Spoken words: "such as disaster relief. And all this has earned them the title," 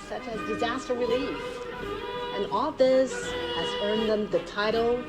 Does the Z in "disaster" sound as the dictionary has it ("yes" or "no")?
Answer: yes